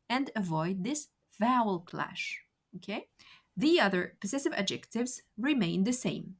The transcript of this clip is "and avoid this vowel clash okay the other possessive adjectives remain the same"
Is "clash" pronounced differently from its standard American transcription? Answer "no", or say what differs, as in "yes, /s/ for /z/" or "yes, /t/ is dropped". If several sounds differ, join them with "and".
no